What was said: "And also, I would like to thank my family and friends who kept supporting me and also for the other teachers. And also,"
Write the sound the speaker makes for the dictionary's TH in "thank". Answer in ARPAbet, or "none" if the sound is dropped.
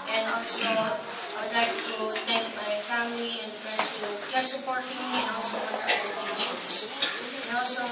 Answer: T